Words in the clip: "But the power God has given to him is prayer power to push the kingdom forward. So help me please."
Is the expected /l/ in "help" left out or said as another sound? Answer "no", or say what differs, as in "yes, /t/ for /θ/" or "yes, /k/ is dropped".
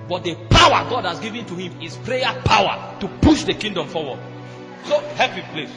yes, /l/ is dropped